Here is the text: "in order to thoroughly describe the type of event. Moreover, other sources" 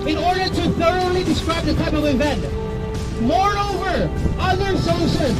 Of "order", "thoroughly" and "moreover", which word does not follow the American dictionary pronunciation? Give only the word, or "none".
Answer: none